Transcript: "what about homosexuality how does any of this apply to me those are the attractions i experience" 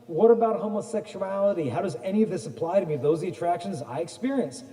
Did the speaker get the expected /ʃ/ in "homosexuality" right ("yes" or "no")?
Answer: yes